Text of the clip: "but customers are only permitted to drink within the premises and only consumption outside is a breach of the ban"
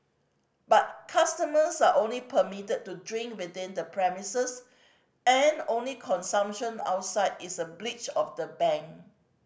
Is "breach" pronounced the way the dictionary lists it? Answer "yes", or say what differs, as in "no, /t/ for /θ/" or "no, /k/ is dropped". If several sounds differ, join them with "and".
no, /l/ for /ɹ/